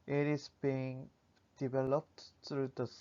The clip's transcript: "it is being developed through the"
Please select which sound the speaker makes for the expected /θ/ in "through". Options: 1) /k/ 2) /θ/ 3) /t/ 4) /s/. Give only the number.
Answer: 3